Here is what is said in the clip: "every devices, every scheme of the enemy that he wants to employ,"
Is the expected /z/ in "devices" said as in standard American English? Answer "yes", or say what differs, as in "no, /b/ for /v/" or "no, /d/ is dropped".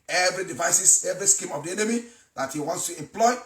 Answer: no, /s/ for /z/